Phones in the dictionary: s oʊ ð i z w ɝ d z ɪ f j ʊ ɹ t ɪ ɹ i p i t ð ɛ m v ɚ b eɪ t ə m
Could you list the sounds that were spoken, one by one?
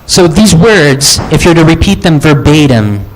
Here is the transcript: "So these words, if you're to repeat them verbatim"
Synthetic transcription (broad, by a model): s oʊ ð i z w ɝ d z ɪ f j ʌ ɹ t ɪ ɹ i p i t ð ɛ m v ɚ b eɪ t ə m